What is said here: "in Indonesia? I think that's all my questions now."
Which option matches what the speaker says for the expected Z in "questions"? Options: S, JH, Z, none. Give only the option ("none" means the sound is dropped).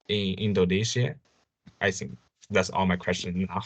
none